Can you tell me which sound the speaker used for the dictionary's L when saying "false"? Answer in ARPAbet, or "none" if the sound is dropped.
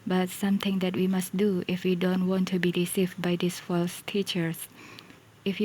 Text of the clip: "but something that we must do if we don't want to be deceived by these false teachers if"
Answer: L